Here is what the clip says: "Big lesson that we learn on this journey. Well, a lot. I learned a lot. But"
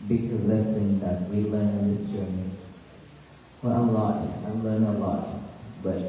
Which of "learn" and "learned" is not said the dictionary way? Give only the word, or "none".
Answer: learned